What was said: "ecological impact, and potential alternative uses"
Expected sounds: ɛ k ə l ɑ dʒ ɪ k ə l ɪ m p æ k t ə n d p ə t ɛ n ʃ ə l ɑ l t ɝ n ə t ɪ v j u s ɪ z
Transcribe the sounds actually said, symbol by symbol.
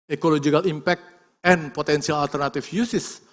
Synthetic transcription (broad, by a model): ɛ k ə l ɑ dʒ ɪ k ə l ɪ m p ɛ k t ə n p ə t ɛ n s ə l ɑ l t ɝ n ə t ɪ f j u s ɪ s